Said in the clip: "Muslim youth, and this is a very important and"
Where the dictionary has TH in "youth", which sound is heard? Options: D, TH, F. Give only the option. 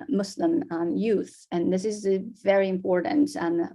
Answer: TH